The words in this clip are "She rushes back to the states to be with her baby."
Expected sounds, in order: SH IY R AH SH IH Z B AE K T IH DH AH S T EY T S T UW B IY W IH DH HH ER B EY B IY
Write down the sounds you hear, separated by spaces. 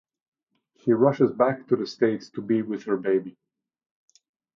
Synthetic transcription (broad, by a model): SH IY R AH SH IH Z B AE K T IH DH AH S T EY T S T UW B IY W IH DH HH ER B EY B IY